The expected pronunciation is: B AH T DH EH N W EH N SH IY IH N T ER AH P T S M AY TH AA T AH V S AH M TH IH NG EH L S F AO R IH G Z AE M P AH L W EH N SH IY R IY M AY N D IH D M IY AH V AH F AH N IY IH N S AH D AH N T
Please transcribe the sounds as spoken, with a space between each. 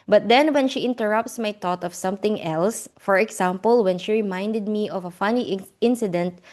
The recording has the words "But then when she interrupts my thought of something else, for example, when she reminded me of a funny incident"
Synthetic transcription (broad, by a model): B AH T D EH N W EH N SH IY IH N T ER AH P T S M AY T AA T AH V S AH M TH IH NG EH L S F AO R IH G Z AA M P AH L W EH N SH IY R IY M AY N D IH D M IY AH V AH F AH N IY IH N S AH D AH N T